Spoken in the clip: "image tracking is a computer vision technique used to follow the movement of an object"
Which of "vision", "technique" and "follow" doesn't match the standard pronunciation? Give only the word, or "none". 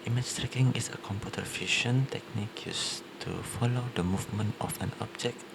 vision